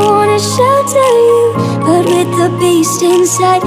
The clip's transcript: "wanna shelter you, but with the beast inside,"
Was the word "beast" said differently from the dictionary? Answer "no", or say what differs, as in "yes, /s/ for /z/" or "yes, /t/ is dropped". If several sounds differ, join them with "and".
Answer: no